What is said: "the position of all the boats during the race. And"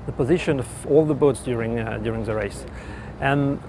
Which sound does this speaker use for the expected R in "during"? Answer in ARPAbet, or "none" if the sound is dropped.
R